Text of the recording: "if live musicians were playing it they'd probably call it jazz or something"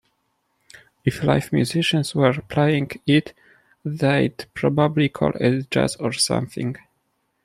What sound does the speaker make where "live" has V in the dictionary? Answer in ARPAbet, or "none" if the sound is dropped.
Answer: F